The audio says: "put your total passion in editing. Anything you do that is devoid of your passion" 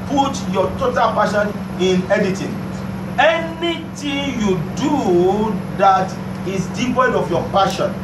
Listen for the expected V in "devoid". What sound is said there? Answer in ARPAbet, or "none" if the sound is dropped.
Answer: P